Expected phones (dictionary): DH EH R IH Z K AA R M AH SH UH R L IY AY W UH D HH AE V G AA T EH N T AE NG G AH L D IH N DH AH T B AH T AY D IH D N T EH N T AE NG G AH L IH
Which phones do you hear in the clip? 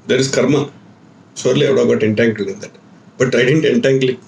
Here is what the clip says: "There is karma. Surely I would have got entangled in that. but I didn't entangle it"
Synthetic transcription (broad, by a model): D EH R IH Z K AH R M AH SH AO R L IY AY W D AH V G AA T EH N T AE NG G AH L IH N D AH T B AH T AY D IH D N T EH N T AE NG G L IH